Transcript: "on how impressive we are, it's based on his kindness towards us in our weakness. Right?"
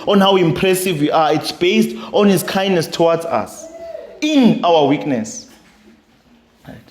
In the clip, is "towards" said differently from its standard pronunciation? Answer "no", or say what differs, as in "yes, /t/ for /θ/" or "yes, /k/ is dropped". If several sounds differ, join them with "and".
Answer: yes, /w/ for /ɹ/